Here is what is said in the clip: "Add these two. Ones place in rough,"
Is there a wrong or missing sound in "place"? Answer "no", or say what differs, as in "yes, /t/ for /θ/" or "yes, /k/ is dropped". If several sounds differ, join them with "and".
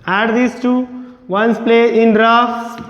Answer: yes, /s/ is dropped